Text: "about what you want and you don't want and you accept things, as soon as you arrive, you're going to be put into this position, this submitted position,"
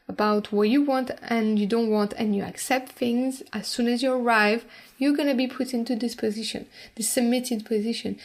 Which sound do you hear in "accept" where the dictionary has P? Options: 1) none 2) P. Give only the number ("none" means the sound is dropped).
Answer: 2